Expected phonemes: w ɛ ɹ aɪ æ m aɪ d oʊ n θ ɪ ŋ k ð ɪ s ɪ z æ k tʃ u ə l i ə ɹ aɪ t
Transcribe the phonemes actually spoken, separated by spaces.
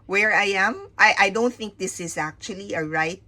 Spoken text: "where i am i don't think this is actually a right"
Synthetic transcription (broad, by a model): w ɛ ɹ aɪ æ m aɪ d oʊ n θ ɪ ŋ k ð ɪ s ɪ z æ k tʃ u ə l i ə ɹ aɪ t